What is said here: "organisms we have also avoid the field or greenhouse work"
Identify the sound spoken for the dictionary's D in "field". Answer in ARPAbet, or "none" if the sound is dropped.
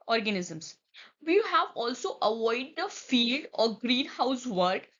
D